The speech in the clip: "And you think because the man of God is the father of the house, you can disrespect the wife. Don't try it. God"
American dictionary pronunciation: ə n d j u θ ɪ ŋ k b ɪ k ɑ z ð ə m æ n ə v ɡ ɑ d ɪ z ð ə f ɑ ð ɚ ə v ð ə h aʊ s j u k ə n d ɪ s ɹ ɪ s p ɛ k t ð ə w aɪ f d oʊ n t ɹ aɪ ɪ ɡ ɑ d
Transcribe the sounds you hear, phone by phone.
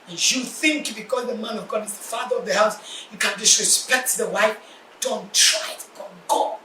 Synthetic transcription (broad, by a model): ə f j u θ ɪ ŋ k b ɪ k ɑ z ð ə m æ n ə v ɡ ɑ d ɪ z ð ə f ɑ ð ɚ ə v ð ə h aʊ s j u k ə n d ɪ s ɹ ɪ s p ɛ k t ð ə w aɪ f d oʊ n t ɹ aɪ ɪ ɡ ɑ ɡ